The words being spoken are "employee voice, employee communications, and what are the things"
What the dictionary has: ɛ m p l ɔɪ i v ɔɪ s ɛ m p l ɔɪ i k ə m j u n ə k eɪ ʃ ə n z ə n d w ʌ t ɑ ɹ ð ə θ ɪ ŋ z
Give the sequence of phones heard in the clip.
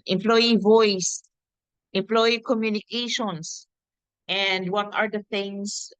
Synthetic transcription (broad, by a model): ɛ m p l ɔɪ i v ɔɪ s ɛ m p l ɔɪ i k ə m j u n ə k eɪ ʃ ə n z ə n d w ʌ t ɑ ɹ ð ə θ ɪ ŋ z